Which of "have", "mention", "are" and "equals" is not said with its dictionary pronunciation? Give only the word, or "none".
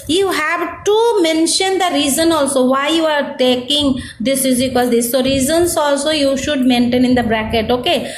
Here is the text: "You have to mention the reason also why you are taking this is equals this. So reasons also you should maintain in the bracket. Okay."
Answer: equals